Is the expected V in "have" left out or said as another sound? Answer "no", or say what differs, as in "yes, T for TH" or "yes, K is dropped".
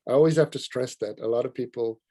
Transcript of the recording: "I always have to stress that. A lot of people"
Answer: yes, F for V